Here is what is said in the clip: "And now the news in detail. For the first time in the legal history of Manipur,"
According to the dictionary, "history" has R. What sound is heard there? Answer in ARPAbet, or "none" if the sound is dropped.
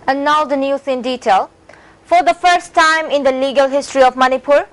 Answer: R